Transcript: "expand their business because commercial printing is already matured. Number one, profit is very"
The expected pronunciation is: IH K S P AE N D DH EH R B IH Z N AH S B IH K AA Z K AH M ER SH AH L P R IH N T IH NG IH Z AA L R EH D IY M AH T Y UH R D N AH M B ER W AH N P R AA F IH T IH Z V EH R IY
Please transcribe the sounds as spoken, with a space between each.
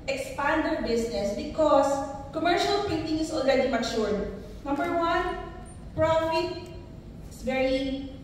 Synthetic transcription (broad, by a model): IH K S P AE N D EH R B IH S N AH S B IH K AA S K AH M ER SH AH L P IH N T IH NG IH S AA L R EH D IY M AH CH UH R D N AH M B ER W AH N P R AA F IH T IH S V EH R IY